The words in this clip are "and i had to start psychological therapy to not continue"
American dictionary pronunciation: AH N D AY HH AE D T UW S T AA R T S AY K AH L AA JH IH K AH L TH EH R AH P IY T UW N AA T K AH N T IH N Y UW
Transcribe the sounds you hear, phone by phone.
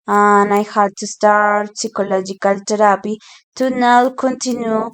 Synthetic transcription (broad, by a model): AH N AY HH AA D T UW S T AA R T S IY K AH L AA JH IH K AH L T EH R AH P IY T UW N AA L K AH N T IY N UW